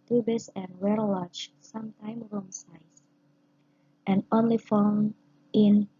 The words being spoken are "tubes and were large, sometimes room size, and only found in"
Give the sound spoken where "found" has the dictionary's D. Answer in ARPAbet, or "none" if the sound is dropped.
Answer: none